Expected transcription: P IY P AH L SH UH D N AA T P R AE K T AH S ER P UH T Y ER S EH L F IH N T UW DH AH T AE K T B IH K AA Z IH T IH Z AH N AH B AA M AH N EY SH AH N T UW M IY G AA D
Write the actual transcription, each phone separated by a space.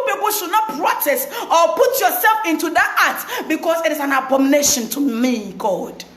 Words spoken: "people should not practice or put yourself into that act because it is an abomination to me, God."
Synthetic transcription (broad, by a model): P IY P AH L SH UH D N AA T P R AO T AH S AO P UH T Y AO S EH L F IH N T UW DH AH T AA T B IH K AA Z IH T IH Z AH N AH B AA M N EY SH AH N T UW M IY G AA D